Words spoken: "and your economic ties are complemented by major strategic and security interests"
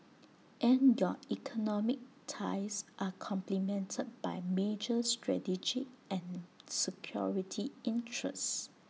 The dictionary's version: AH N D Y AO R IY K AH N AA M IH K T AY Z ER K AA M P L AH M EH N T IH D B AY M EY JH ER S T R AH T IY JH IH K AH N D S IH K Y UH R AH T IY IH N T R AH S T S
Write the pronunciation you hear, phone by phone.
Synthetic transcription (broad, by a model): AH N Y AO IY K AH N AA M IH K T AY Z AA K AA M P L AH M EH N T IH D B AY M EY JH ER S T R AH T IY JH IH AH N S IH K Y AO R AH T IY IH N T R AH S S